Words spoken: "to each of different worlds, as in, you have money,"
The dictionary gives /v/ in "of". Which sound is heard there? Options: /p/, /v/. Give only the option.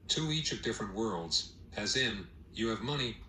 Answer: /v/